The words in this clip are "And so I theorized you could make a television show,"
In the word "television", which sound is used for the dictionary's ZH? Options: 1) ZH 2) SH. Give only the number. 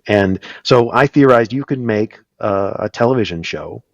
1